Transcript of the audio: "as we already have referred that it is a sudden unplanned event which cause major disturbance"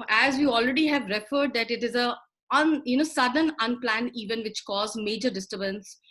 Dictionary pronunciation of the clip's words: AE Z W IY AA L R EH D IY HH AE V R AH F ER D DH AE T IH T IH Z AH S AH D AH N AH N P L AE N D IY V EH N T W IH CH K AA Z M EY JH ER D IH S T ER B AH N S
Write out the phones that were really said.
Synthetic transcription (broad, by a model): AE Z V IY AA L R EH D IY HH AE V R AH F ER D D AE T IH T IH Z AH S AH D AH N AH N P L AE N IY V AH N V IH CH K AA Z M EY JH ER D IH S T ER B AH N S